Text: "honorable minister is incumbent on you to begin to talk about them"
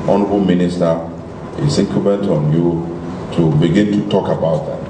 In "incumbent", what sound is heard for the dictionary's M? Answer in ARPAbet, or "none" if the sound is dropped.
none